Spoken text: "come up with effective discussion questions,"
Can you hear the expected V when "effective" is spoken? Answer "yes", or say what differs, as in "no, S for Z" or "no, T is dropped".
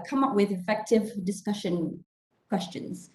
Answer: yes